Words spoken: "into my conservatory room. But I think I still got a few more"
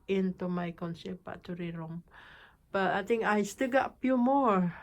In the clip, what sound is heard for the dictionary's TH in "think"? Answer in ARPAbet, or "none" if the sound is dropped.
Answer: T